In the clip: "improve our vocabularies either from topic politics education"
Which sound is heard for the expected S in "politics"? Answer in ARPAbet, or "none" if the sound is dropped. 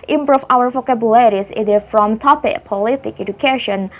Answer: none